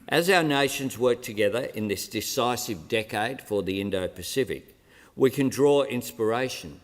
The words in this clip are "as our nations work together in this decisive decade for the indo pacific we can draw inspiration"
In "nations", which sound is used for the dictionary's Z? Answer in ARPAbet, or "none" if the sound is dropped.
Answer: Z